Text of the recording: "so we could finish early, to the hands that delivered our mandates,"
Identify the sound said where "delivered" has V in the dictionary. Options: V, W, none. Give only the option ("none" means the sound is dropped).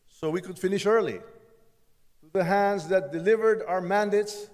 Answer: V